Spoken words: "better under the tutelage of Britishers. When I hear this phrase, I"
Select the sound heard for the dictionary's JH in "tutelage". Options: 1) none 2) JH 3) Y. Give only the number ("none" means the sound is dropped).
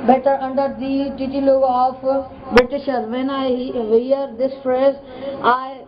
1